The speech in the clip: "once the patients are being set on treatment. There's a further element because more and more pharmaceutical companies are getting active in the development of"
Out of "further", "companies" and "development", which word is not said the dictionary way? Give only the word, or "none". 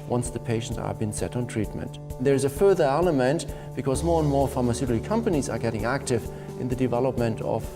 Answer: none